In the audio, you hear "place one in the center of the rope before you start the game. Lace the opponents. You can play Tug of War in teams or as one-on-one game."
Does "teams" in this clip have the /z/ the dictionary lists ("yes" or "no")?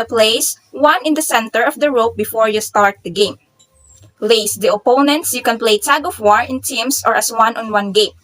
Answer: no